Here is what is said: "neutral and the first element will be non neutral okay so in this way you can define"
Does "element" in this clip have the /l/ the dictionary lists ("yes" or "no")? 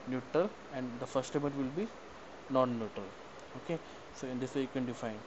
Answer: no